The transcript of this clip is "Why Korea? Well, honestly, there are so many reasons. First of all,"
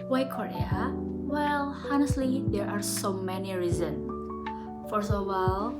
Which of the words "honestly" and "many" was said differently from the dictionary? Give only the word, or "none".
none